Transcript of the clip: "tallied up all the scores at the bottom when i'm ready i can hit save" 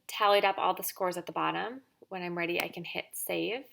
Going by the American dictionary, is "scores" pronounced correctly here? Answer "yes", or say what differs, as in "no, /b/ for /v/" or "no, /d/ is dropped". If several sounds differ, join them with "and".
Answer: yes